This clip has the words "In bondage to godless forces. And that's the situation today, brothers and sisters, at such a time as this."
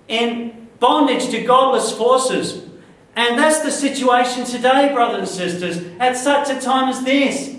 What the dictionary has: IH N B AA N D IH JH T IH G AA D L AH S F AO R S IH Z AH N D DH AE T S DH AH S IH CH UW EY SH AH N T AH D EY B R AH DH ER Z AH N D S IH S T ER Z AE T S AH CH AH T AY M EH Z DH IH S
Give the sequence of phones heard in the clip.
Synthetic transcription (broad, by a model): IH N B AA N D IH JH T IH G AA D L AH S F AO R S IH Z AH N DH AE T S DH AH S IH CH UW EY SH AH N T AH D EY B R AH DH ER AH N S IH S T ER Z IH T S AH CH AH T AY M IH Z DH IH S